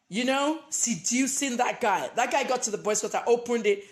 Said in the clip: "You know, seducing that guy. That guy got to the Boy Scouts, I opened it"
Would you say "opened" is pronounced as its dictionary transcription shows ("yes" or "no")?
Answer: yes